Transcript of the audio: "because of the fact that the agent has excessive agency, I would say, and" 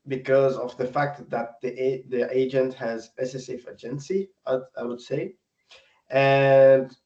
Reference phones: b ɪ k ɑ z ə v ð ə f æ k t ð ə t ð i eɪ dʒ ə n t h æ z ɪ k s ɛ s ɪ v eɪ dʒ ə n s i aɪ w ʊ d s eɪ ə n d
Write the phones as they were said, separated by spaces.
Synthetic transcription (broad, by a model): b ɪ k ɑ z ə v ð ə f æ k t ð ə t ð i eɪ dʒ ə n t h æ z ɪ s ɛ s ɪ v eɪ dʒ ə n s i aɪ w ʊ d s eɪ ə n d